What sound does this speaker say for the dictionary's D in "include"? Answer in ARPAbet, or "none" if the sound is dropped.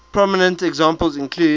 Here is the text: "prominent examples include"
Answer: none